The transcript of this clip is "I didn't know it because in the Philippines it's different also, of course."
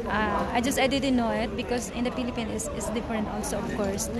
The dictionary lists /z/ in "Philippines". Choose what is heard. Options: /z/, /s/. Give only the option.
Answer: /s/